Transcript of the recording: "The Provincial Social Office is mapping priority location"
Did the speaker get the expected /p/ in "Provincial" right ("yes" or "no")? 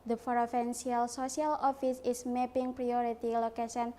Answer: no